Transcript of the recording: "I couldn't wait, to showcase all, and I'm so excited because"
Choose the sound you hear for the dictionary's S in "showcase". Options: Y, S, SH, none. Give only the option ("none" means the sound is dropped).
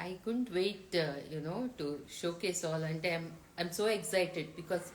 S